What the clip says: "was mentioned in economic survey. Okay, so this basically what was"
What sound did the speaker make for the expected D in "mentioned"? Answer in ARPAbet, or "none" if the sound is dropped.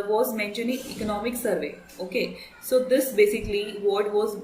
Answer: none